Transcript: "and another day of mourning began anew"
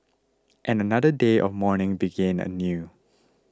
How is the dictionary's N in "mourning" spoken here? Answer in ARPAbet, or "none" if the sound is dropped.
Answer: N